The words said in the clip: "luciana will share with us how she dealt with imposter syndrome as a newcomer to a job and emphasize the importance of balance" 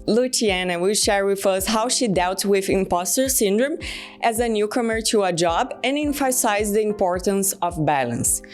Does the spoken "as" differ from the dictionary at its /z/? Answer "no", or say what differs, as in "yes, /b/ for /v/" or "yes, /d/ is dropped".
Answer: no